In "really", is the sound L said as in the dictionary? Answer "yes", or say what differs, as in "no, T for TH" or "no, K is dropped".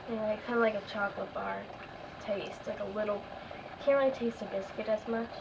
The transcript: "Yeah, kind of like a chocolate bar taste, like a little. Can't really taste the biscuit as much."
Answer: no, L is dropped